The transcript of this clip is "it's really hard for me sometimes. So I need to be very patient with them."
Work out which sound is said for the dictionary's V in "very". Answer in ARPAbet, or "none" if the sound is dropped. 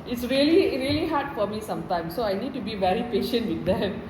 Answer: V